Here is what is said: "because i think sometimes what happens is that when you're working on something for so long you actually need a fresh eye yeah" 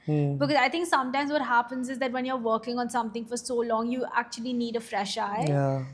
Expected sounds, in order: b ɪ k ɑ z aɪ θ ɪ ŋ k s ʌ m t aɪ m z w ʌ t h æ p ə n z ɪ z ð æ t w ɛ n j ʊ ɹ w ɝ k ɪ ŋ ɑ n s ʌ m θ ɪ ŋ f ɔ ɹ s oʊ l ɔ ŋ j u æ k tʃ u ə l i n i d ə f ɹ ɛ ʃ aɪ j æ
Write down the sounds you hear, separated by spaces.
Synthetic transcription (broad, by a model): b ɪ k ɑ z aɪ t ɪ ŋ k s ʌ m t aɪ m z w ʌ t h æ p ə n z ɪ z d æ t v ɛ n j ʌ ɹ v ɝ k ɪ ŋ ɑ n s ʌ m t ɪ ŋ f ɔ ɹ s oʊ l ɔ ŋ j u æ k tʃ u ə l i n i d ə f ɹ ɛ ʃ aɪ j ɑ